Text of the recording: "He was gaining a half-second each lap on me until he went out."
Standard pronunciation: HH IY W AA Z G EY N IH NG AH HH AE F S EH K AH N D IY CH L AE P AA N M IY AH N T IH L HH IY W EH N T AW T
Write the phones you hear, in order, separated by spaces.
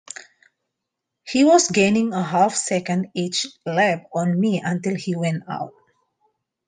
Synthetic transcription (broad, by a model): HH IY W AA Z G EY N IH NG AH HH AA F S EH K AH N D IY CH L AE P AA N M IY AH N T IH L HH IY W EH N T AW T